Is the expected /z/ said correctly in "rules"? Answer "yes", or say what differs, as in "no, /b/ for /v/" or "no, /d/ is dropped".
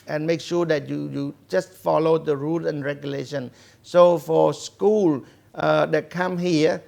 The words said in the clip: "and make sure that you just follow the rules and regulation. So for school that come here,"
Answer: no, /z/ is dropped